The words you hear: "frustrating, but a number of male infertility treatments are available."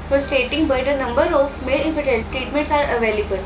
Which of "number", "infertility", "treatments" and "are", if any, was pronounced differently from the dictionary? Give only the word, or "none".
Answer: infertility